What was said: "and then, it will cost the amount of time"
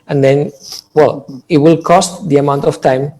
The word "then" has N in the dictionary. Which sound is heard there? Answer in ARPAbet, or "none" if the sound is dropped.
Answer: L